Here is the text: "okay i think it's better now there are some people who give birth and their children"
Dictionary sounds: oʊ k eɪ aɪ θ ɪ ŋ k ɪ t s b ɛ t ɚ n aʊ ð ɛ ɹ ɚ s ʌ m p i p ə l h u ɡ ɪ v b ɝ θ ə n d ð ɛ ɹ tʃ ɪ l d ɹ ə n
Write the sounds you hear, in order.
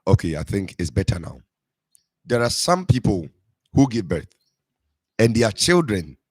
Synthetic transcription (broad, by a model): oʊ k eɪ aɪ θ ɪ ŋ k ɪ t s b ɛ t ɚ n aʊ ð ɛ ɹ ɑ s ʌ m p i p ə l h u ɡ ɪ v b ɝ θ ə n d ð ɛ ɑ tʃ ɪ l d ɹ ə n